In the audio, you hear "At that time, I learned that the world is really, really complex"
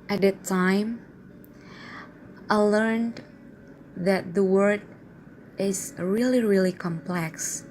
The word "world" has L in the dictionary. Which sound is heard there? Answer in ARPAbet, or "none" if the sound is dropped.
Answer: none